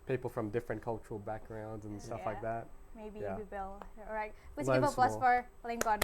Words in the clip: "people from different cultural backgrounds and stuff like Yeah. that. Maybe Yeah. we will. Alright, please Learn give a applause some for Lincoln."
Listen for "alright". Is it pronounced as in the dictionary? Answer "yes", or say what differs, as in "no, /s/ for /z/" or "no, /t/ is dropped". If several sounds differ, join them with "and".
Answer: no, /l/ is dropped